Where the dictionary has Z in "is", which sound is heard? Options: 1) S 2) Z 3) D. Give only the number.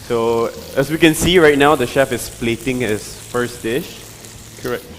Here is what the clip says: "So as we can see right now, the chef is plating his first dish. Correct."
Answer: 1